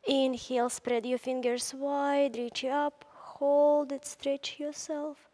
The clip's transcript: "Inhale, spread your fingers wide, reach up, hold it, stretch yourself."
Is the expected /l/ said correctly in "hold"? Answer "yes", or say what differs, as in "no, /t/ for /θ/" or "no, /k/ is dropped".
yes